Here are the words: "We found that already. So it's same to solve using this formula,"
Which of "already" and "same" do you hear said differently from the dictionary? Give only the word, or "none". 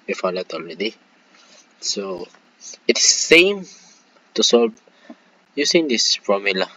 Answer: already